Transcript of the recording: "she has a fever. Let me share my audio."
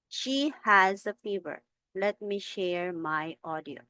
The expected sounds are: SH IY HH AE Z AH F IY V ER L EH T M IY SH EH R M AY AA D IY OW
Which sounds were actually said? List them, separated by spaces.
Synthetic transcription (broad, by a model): SH IY HH AE Z AH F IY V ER L EH T M IY SH EH R M AY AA D IY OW